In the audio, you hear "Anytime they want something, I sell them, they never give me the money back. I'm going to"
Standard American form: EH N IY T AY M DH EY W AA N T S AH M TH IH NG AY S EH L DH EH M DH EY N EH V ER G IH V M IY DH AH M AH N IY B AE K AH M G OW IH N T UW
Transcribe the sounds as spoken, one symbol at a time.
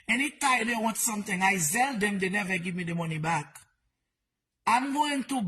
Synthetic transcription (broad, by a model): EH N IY T AY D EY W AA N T S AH M T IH NG AY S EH L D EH M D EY N EH V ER G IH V M IY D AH M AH N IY B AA K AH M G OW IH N T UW